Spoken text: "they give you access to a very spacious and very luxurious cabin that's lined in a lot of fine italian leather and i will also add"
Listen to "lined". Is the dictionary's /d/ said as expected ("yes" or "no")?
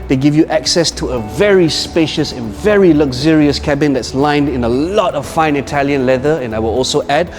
yes